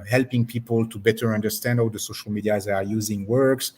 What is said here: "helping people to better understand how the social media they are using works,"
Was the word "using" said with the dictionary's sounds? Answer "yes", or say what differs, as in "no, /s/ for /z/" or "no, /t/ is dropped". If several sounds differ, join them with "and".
yes